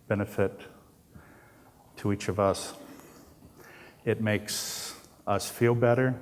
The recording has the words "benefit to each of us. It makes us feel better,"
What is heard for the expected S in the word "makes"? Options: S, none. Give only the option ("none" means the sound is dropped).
S